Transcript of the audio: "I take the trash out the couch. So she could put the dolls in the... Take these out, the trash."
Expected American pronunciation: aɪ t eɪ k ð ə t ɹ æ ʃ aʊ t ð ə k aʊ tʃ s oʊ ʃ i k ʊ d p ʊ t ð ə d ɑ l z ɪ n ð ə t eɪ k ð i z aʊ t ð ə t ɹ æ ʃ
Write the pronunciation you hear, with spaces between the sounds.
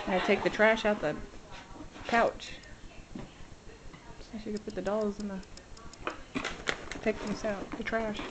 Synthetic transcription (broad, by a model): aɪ t eɪ k ð ə t ɹ æ ʃ aʊ t ð ə k aʊ tʃ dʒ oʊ s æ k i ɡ p ʊ t ð ə d ɑ l z ɪ n ð ə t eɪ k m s aʊ t ð ə t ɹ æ ʃ